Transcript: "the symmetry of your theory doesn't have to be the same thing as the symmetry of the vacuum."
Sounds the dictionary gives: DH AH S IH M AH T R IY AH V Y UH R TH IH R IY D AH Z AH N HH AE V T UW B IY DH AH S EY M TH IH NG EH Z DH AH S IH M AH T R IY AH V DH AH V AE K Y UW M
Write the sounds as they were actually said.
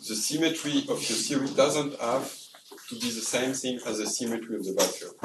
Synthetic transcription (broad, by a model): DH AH S IH M AH T R IY AH V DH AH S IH R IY D AH Z AH N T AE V T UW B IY DH AH S EY M TH IH NG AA Z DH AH S IH M AH T R IY AH V DH AH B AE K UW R